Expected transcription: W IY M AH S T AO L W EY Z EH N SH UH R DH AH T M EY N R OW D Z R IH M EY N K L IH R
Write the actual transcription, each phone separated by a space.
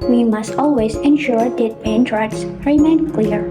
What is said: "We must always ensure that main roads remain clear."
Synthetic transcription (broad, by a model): W IY M AH S T AO L W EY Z EH N SH UH R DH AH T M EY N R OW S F R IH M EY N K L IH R